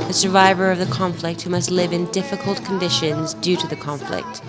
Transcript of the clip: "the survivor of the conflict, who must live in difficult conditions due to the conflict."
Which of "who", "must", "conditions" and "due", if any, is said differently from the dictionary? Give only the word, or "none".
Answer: none